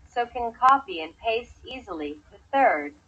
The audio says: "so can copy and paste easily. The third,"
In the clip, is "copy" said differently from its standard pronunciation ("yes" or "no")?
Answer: yes